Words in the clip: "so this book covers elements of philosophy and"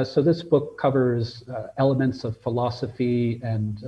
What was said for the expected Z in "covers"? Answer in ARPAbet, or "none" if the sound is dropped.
Z